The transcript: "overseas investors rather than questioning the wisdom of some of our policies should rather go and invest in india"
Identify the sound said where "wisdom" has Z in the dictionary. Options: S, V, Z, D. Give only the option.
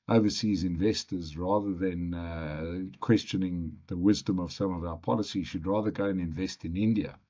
Z